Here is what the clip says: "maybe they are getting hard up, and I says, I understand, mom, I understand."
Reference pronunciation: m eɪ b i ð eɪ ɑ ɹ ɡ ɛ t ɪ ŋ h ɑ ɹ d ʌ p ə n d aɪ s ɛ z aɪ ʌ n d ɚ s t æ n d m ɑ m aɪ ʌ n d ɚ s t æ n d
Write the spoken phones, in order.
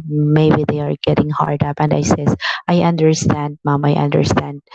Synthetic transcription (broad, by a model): m eɪ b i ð eɪ ɑ ɹ ɡ ɛ t ɪ ŋ h ɑ ɹ d ʌ p ə n d aɪ s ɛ s aɪ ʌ n d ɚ s t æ n d m ɑ m aɪ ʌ n d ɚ s t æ n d